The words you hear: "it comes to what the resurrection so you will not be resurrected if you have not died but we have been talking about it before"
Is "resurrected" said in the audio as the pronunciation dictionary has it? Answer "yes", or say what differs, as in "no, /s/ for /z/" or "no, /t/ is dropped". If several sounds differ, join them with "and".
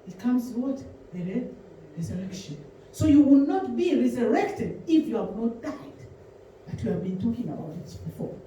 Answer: yes